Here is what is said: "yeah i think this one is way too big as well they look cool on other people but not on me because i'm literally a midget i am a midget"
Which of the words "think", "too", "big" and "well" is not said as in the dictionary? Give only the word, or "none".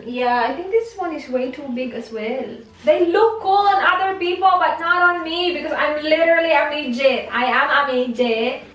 think